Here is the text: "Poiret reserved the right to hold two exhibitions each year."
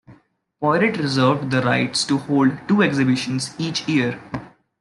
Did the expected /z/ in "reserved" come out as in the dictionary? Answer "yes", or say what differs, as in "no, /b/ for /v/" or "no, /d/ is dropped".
yes